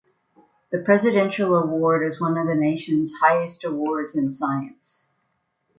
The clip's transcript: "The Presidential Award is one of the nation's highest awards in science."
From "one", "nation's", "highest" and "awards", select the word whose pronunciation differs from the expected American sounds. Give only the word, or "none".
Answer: none